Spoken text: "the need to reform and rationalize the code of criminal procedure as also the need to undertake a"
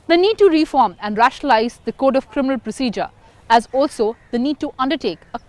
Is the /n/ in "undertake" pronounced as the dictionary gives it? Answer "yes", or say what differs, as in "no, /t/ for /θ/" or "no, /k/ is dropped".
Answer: yes